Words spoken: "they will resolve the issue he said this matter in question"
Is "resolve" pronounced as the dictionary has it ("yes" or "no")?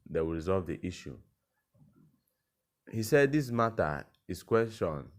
yes